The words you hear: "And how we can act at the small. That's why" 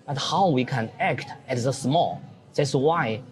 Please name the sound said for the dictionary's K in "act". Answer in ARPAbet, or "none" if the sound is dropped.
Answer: K